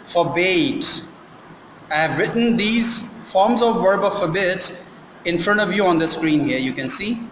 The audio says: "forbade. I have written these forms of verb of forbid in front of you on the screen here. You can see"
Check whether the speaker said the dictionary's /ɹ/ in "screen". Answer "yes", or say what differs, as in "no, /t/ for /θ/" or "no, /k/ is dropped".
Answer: yes